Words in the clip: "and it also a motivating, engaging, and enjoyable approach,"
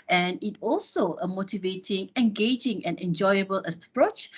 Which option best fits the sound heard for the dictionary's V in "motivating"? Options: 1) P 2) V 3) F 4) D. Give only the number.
2